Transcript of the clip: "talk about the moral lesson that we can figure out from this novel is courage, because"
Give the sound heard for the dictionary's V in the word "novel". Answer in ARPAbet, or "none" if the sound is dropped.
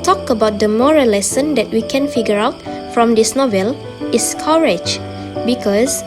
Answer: V